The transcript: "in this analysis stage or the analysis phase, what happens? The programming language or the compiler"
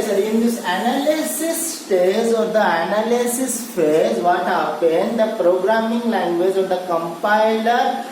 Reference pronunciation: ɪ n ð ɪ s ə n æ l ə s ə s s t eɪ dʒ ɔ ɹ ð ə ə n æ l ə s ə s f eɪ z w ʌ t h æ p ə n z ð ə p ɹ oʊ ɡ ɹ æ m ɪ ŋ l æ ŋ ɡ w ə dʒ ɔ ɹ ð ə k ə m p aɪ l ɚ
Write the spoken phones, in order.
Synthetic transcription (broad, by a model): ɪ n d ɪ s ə n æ l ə s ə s s t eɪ z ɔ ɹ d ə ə n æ l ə s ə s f eɪ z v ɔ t h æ p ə n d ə p ɹ oʊ ɡ ɹ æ m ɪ ŋ l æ ŋ ɡ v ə dʒ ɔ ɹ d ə k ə m p aɪ l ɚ